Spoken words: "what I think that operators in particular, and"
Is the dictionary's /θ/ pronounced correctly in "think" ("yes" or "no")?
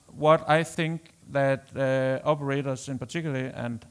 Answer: yes